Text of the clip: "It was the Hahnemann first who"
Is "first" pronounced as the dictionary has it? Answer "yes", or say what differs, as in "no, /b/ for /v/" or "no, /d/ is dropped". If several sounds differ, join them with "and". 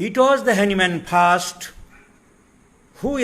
no, /p/ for /f/